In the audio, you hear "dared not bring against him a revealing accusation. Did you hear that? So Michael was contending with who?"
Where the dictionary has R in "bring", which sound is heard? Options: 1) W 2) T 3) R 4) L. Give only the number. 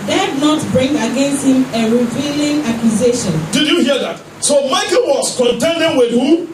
3